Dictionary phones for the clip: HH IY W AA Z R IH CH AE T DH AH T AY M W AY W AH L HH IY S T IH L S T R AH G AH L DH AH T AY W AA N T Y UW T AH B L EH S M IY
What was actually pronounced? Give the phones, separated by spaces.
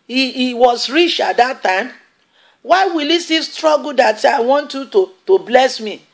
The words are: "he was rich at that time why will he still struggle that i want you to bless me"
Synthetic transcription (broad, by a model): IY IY W AA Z R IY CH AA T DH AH T AY M W AY W AH L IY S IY S T R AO G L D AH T AY W AA N T Y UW T AH B L EH S M IY